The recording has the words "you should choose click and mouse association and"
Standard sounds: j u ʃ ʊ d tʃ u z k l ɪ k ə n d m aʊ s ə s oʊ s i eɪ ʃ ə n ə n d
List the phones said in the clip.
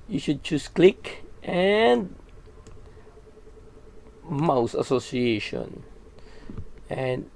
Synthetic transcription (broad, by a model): j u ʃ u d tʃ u s k l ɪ k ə n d m aʊ s ə s oʊ s i eɪ ʃ ə n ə n